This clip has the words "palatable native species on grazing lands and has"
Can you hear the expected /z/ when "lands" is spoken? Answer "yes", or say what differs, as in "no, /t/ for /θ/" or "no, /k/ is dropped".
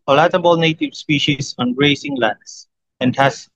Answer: no, /s/ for /z/